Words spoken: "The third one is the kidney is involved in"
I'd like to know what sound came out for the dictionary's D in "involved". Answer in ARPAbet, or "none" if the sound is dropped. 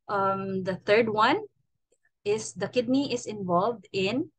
D